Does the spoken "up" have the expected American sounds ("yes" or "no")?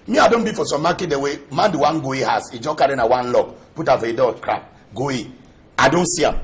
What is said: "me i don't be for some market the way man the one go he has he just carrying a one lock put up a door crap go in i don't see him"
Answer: no